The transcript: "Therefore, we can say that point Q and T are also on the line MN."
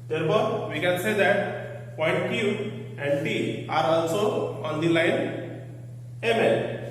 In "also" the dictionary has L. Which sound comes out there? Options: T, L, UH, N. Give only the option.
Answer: N